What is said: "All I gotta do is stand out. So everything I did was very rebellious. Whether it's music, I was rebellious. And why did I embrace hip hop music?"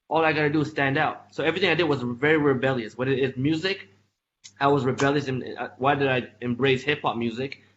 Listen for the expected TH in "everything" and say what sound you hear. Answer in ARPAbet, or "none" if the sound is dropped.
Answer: TH